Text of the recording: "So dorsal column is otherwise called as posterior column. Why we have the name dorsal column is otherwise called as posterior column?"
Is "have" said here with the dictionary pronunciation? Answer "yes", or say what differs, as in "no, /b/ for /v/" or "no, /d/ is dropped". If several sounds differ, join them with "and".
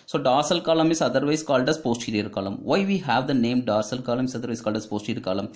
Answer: yes